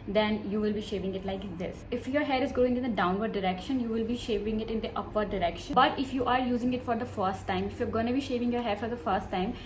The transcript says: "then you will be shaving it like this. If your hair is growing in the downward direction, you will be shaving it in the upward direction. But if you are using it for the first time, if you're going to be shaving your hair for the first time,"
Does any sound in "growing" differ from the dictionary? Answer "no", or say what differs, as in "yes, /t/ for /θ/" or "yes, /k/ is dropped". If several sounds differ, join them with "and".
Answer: yes, /ɹ/ is dropped